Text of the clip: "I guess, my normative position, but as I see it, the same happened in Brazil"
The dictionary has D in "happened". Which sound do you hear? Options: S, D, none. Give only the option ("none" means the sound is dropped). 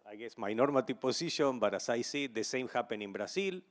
none